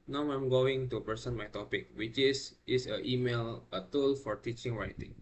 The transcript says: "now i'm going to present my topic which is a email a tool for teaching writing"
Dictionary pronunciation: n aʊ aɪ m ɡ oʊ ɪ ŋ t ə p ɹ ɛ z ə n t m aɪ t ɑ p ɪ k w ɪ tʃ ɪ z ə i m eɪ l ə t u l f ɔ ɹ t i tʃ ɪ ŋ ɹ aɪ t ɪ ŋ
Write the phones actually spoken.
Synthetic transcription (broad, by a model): n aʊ aɪ m ɡ oʊ ɪ ŋ t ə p ɛ s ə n m aɪ t ɑ p ɪ k w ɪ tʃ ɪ s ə i m eɪ l ə t u l f ɔ ɹ t i tʃ ɪ ŋ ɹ aɪ t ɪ ŋ